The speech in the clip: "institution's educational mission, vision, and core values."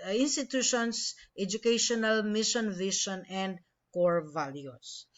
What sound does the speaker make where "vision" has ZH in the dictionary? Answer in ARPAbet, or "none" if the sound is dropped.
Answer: SH